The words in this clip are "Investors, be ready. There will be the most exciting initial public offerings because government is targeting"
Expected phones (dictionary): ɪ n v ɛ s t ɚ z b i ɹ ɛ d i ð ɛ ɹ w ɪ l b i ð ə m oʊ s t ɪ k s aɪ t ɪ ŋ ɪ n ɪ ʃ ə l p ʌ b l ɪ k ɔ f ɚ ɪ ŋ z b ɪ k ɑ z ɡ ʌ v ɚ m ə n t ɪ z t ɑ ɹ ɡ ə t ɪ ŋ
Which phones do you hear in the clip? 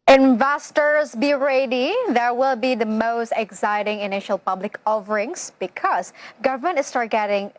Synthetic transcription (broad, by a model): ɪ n v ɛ s t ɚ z b i ɹ ɛ d i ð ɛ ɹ w ɪ l b i ð ə m oʊ s t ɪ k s aɪ t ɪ ŋ ɪ n ɪ ʃ ə l p ʌ b l ɪ k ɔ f ɚ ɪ ŋ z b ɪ k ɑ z ɡ ʌ v ɚ m ə n t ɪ s t ɑ ɹ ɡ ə t ɪ ŋ